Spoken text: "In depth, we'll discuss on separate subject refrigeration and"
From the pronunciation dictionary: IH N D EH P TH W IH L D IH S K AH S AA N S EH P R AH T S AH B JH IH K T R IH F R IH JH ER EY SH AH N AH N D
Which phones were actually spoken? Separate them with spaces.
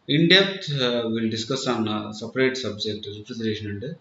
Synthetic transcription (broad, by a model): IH N D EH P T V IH L D IH S K AH S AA N S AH P R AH T S AH B JH IH K T R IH P R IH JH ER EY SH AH N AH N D